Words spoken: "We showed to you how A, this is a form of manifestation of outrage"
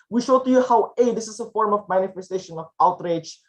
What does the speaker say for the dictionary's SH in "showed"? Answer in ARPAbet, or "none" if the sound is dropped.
SH